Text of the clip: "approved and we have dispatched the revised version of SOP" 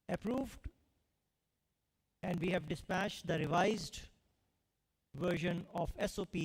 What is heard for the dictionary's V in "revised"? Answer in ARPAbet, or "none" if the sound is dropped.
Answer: V